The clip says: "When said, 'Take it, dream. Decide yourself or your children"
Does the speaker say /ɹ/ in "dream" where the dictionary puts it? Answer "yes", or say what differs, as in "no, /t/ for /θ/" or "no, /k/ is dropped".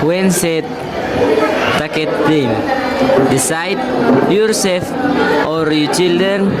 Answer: no, /ɹ/ is dropped